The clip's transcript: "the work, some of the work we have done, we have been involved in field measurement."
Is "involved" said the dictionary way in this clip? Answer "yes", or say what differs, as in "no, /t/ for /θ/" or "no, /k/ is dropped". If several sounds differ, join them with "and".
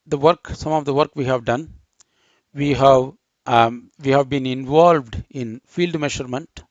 yes